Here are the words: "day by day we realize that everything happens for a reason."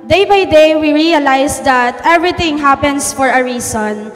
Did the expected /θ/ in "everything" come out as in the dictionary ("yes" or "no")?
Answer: no